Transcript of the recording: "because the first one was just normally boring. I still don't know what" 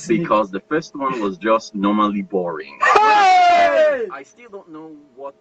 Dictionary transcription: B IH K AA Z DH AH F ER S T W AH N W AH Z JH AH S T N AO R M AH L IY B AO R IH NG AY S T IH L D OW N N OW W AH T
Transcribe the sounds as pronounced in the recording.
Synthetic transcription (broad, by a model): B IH K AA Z DH AH F ER S T W AH N W AH Z JH AH S T N AO R M AH L IY B AO R IH NG AY S T IH L D OW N N OW W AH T